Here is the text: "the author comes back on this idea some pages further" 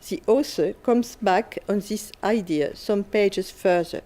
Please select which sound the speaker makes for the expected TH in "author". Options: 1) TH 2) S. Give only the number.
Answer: 2